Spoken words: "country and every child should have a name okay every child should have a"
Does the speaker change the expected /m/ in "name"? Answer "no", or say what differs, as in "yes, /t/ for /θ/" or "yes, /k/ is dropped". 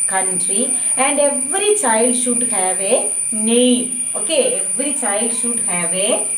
yes, /m/ is dropped